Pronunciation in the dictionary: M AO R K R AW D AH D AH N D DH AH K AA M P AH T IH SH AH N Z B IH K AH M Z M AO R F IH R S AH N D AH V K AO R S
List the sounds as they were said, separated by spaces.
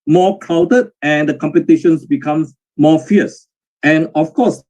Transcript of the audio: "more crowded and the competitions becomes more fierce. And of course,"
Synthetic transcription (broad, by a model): M AO K AW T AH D AH N D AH K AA M P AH T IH SH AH N S B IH K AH M S M AO F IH S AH N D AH F K AO S